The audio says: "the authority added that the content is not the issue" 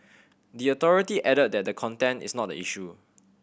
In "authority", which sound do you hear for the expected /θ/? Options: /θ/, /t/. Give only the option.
/t/